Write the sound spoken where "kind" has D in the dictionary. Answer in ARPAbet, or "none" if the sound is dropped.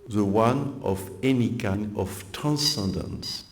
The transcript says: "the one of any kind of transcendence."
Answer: none